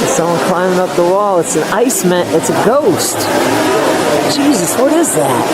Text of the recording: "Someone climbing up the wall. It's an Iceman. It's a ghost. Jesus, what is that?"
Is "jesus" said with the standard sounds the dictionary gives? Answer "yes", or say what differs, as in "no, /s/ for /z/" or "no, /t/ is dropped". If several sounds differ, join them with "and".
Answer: yes